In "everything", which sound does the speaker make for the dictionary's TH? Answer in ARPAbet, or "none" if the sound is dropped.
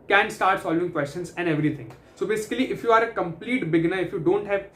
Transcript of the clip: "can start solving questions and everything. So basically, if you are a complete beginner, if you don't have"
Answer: T